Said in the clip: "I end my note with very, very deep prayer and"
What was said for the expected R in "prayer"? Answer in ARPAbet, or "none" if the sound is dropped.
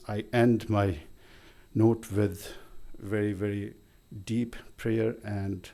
R